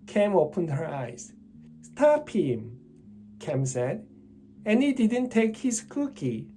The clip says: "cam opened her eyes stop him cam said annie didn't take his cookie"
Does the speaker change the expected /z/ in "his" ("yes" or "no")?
yes